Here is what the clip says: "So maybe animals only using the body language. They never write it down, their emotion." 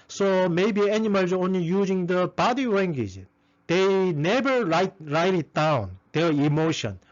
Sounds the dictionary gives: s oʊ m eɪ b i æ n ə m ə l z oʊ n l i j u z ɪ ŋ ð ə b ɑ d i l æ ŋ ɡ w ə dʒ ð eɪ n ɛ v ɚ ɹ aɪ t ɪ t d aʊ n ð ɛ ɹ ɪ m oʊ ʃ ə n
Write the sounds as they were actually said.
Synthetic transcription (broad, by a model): s oʊ m eɪ b i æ n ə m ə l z oʊ n l i j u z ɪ ŋ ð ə b ɑ d i w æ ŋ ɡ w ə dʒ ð eɪ n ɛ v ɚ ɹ aɪ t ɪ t d aʊ n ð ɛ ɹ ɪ m oʊ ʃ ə n